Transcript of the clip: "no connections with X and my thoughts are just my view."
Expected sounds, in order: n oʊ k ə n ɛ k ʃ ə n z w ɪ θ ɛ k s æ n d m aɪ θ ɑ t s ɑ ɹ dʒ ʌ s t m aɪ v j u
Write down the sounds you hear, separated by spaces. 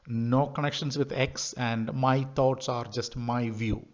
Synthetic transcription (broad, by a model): n oʊ k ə n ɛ k ʃ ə n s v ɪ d ɛ k s æ n d m aɪ t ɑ t s ɑ ɹ dʒ ʌ s t m aɪ v j u